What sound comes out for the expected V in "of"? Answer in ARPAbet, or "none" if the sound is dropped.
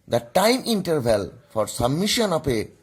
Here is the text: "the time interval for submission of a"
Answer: P